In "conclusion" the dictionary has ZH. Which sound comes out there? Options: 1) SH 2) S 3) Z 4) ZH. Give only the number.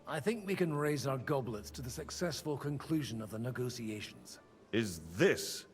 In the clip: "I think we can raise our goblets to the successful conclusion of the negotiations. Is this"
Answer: 4